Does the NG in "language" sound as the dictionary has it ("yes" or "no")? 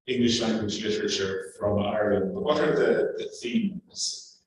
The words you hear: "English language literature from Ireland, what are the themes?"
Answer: yes